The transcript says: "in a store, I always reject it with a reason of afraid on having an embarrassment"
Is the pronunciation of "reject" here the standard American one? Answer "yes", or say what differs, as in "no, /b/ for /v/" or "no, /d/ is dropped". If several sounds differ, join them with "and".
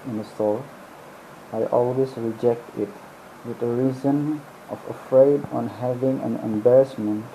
yes